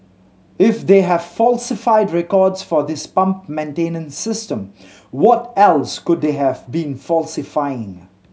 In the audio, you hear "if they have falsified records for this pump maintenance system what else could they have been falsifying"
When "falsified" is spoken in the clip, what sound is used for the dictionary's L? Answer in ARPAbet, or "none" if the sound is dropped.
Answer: L